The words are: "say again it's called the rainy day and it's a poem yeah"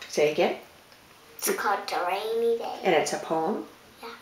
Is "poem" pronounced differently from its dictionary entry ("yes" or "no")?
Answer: no